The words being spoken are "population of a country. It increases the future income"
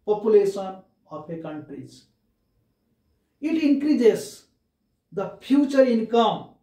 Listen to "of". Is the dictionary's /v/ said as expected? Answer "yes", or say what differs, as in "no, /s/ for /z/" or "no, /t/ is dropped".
no, /p/ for /v/